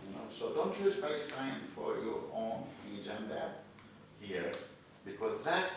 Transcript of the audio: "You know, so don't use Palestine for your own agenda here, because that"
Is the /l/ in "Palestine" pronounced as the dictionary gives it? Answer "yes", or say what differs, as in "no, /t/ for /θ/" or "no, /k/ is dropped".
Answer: no, /l/ is dropped